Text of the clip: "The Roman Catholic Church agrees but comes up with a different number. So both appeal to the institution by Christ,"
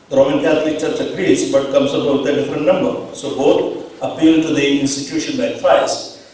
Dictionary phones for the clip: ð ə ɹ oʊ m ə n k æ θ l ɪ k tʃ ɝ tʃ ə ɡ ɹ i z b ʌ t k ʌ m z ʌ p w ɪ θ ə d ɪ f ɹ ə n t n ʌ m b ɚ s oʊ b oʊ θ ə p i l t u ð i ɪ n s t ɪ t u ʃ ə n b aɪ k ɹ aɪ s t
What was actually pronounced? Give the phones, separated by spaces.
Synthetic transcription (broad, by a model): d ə ɹ oʊ m ə n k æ t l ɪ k tʃ ɝ tʃ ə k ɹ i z b ʌ t k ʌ m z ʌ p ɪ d ə d ɪ f ɹ ə n t n ʌ m b ɚ s oʊ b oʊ t ə p i l t u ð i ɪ n s t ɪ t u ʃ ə n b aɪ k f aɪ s